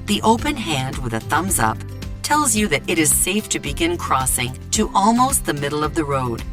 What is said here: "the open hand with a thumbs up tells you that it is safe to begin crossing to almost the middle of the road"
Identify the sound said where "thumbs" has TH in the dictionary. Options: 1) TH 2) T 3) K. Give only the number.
1